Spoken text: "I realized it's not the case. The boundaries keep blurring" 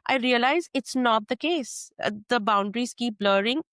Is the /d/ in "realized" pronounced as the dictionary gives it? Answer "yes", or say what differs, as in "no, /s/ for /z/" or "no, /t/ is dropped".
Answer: no, /d/ is dropped